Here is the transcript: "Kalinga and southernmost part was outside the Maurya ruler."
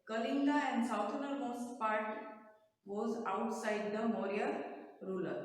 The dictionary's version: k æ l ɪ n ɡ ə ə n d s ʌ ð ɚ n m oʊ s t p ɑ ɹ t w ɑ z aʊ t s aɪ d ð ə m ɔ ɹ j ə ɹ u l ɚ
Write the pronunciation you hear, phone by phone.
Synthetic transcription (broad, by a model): k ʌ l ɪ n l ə ə n d s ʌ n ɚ m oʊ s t p ɑ ɹ t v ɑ z aʊ t s aɪ d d ə m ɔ ɹ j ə ɹ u l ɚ